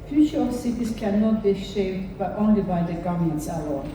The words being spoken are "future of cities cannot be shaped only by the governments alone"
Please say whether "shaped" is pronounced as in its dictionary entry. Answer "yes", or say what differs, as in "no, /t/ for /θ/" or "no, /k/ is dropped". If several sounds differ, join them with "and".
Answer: no, /b/ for /p/